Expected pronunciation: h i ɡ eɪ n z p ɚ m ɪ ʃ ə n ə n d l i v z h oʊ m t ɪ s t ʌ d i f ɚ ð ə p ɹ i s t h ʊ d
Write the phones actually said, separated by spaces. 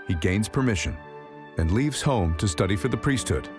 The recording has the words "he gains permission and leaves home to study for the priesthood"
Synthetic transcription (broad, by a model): h i ɡ eɪ n z p ɚ m ɪ ʃ ə n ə n l i v z h oʊ m t ɪ s t ʌ d i f ɚ ð ə p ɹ i s t h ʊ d